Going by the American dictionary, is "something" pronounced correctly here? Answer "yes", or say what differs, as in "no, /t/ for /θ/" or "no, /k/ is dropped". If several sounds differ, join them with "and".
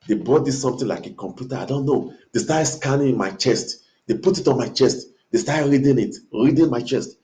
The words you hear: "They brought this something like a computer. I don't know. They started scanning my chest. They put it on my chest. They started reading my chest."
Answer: no, /t/ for /θ/